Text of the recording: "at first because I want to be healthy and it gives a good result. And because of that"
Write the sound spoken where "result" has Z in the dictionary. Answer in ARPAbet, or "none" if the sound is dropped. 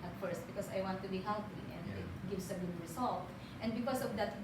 S